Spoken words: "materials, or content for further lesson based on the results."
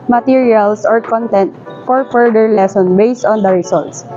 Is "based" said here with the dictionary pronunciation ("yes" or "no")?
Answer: yes